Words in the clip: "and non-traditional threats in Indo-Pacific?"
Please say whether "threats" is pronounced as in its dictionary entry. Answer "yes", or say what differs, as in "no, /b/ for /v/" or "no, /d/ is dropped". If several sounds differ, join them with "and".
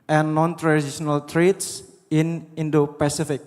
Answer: no, /t/ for /θ/